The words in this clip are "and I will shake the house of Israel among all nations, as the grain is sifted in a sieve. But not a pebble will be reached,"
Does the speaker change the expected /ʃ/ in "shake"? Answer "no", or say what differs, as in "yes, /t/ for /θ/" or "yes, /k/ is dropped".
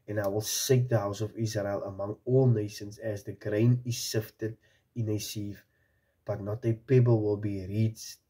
yes, /s/ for /ʃ/